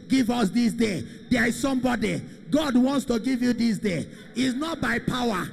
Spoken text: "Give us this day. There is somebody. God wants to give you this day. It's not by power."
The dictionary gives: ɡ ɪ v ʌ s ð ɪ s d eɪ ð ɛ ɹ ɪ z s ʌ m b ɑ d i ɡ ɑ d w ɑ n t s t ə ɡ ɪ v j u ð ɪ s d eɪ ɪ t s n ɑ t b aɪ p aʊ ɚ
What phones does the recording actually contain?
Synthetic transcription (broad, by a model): ɡ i v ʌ s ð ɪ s d eɪ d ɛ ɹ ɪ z s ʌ m b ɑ d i ɡ ɑ d w ɑ n t s t ə ɡ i v j u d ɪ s d eɪ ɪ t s n ɑ t b aɪ p aʊ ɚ